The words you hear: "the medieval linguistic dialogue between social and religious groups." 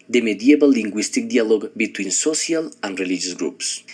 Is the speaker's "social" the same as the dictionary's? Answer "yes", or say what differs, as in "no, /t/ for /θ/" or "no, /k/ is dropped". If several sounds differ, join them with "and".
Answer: no, /s/ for /ʃ/